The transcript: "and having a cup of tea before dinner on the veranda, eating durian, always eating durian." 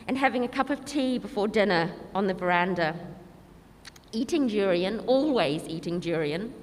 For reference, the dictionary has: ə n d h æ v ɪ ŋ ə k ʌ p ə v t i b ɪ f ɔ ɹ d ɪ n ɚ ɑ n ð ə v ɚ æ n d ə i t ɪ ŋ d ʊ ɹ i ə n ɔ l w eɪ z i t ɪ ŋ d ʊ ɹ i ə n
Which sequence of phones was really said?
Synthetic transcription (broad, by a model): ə n h æ v ɪ ŋ ə k ʌ p ə v t i b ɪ f ɔ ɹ d ɪ n ɚ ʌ n ð ə v ɚ æ n d ə i t ɪ ŋ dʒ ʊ ɹ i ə n ɔ l w eɪ z i t ɪ ŋ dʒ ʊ ɹ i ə n